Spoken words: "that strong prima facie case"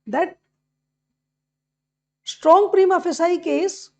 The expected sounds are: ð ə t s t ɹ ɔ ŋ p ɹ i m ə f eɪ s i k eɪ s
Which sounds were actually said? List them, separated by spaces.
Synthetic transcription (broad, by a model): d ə t s t ɹ ɔ ŋ p ɹ i m ə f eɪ s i k eɪ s